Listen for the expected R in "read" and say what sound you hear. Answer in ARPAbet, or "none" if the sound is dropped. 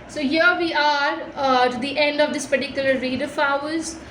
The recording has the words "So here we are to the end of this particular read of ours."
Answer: R